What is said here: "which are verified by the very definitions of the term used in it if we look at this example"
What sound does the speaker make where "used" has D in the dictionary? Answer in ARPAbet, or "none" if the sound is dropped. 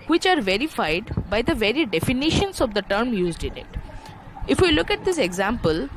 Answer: D